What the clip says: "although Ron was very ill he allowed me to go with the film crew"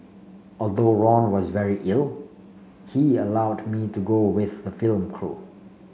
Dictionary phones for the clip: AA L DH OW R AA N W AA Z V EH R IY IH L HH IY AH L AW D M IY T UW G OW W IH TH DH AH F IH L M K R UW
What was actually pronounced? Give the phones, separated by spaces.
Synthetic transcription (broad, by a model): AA L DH OW R AA N W AA Z V EH R IY IH L HH IY AH L AW D M IY T UW G OW W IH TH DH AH F IH L M K R UW